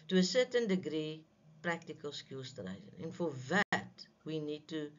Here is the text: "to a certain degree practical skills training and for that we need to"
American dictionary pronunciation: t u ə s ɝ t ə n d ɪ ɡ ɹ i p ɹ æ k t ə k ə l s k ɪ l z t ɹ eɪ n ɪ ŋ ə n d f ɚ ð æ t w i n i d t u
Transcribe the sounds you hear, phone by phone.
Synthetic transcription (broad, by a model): t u ə s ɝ t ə n d ɪ ɡ ɹ i p ɹ æ k t ə k ə l s k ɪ l s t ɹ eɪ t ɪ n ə n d f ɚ ð æ t w i n i d t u